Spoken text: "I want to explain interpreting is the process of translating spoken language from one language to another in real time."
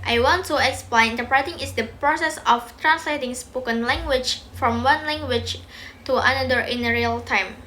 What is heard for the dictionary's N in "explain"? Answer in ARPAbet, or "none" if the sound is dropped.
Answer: none